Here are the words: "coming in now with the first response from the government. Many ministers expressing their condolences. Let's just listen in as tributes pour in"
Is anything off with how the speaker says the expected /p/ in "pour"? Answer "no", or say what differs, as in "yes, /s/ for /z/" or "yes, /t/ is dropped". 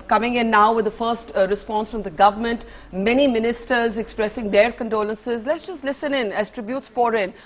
yes, /f/ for /p/